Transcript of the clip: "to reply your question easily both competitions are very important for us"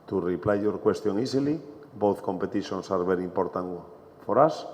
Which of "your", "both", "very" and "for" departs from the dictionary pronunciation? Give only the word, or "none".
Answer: very